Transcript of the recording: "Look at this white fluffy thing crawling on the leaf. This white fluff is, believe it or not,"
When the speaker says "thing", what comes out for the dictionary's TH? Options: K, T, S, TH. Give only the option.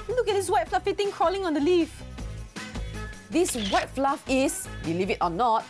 T